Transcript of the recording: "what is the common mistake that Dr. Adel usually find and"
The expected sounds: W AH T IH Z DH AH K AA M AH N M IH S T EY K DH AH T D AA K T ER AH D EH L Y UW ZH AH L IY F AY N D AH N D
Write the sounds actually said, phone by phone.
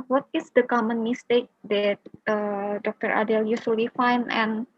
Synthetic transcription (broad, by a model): W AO T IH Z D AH K AA M AH N M IH S T EY K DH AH T D AA K T ER AH D EH L Y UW S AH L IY F AY N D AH N